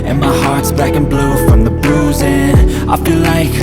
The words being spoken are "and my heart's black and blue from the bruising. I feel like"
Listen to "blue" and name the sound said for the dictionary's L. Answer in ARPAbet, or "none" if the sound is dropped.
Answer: L